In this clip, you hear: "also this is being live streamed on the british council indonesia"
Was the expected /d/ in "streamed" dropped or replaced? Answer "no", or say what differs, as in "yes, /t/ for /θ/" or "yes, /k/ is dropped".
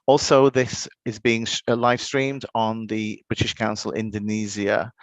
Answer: no